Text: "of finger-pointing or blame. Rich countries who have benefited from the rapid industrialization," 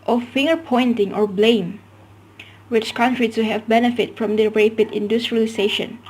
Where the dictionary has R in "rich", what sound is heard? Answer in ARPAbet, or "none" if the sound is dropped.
W